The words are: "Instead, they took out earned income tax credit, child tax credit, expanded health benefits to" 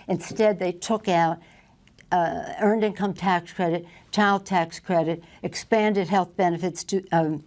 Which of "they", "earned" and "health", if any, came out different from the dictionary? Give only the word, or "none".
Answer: none